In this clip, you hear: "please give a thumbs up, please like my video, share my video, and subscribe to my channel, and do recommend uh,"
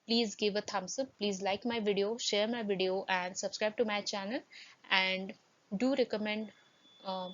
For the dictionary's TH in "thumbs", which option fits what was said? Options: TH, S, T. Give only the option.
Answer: T